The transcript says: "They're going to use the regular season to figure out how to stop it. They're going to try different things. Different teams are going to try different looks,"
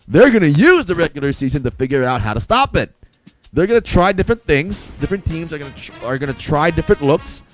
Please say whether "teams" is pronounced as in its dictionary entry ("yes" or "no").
yes